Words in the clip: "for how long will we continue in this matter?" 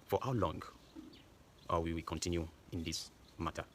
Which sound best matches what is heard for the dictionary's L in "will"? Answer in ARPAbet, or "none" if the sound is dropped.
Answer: W